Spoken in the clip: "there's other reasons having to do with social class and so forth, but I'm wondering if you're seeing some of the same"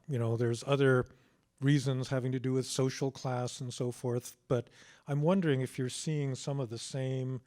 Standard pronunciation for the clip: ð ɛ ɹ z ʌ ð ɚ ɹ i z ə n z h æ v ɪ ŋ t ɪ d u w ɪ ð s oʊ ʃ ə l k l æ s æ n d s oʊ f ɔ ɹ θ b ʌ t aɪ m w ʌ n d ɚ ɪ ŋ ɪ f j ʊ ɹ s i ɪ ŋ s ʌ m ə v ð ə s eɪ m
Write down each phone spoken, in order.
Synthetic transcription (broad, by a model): ð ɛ ɹ z ʌ ð ɚ ɹ i z ə n z h æ v ɪ ŋ t ɪ d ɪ w ɪ ð s oʊ ʃ l k l æ s n s oʊ f ɔ ɹ θ b ʌ t aɪ m w ʌ n d ɚ ɪ ŋ ɪ f j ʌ ɹ s i ɪ ŋ s ʌ m ə v ð ə s eɪ m